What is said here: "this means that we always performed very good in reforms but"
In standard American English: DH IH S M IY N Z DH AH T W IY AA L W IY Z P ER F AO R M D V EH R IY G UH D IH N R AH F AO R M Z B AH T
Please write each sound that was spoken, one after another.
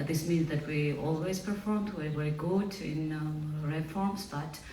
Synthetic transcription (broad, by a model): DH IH S M IY N Z DH AH T W IY AA L W IY Z P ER F AO R M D W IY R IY G UH D IH N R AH F AO R M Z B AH T